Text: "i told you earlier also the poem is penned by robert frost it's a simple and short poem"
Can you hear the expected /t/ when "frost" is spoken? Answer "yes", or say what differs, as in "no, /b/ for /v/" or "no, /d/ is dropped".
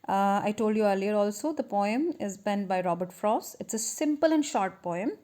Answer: no, /t/ is dropped